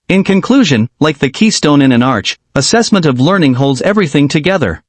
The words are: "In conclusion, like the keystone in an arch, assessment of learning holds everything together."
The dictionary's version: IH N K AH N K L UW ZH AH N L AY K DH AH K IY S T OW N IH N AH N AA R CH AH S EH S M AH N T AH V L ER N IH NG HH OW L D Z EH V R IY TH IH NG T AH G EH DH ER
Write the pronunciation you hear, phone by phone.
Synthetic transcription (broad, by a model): IH N K AH N K L UW ZH AH N L AY K DH AH K IY S T OW N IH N AH N AA R CH AH S EH S M AH N T AH V L ER N IH NG HH OW L D Z EH V R IY TH IH NG T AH G EH DH ER